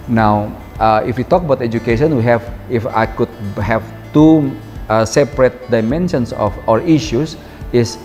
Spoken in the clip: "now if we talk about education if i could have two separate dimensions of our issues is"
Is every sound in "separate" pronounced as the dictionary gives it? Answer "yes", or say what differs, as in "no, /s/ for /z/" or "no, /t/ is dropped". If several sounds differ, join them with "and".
yes